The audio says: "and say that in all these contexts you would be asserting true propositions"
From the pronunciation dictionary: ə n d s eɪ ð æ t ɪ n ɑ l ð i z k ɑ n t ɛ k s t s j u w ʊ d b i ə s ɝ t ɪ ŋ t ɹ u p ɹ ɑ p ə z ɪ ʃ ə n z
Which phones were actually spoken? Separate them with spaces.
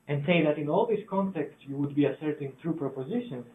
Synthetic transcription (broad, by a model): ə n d s eɪ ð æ t ɪ n ɑ l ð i s k ɑ n t ɛ k s t s j u w ʊ d b i ə s ɝ t ɪ ŋ t ɹ u p ɹ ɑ p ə z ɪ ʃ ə n